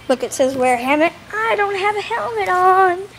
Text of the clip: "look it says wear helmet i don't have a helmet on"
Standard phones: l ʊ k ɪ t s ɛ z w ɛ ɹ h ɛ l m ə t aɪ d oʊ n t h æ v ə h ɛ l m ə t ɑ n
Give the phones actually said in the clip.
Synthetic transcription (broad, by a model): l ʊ k ɪ t s ɛ z w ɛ ɹ h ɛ m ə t aɪ d oʊ n t h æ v ə h ɛ l m ə t n